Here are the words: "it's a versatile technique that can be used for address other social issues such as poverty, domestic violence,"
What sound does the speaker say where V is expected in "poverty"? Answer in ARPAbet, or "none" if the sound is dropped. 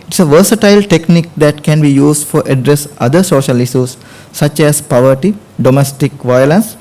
V